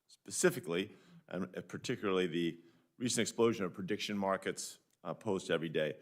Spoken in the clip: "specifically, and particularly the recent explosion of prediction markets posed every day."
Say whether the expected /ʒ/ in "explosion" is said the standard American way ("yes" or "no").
yes